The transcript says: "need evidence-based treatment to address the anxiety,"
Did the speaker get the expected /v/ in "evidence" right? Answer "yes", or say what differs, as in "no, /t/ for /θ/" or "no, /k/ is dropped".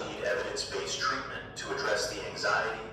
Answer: yes